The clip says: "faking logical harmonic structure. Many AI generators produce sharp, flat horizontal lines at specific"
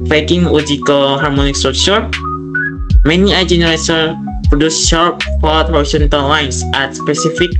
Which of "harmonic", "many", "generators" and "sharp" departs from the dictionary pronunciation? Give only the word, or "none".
generators